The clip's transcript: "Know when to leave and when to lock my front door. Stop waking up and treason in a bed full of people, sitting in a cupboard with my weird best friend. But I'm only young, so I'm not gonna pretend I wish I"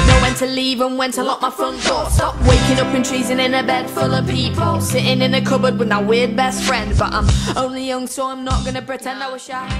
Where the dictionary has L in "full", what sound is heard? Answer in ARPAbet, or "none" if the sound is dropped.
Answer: L